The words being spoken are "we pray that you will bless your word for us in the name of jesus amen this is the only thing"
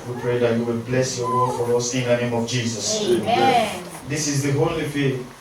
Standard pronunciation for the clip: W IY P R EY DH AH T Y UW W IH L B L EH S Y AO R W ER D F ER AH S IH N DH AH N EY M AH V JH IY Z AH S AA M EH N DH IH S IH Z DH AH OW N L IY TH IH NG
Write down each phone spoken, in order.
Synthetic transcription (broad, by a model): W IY P R EY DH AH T Y UW W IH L B L EH S Y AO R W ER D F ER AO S IH N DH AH N EY M AH V JH IY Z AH S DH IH S IH Z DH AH OW L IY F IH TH